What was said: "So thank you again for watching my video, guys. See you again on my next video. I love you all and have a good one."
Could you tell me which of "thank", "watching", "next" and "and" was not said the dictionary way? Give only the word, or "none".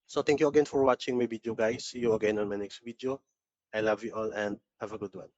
thank